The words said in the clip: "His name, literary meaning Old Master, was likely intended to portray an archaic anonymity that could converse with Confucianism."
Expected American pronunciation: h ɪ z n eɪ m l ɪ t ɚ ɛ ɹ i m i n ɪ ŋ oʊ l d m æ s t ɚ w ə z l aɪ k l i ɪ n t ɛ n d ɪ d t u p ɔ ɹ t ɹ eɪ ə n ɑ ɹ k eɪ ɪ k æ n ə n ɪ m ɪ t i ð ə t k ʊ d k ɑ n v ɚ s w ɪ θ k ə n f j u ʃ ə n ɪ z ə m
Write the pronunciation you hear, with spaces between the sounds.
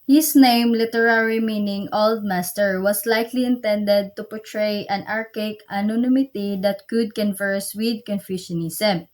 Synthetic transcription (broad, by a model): h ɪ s n eɪ m l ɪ t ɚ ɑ ɹ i m i n ɪ ŋ oʊ l d m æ s t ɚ w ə s l aɪ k l i ɪ n t ɛ n d ɪ d t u p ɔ ɹ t ɹ eɪ ə n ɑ ɹ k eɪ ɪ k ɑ n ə n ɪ m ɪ t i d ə t k ʊ d k ɑ n v ɚ s w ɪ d k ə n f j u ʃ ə n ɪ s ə m